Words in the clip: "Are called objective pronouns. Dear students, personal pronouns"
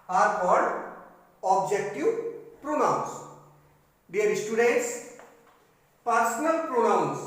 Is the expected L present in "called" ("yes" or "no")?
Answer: no